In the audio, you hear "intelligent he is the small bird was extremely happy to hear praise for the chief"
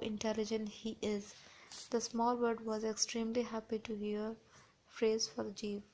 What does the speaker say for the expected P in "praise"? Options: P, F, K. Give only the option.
F